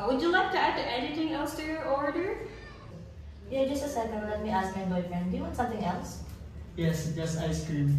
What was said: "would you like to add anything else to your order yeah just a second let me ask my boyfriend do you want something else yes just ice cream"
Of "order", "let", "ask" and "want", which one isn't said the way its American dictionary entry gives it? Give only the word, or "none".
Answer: want